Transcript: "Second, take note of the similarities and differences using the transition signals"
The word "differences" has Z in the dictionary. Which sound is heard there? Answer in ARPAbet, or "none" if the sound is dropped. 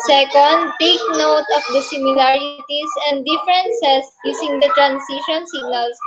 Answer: S